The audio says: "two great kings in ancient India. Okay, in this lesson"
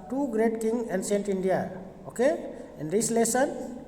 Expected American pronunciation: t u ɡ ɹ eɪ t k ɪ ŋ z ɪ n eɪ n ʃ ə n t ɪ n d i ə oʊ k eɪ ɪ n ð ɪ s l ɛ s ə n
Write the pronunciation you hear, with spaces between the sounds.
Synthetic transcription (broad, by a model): t u ɡ ɹ eɪ t k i ŋ ɪ n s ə n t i n d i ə oʊ k eɪ ɪ n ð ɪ s l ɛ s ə n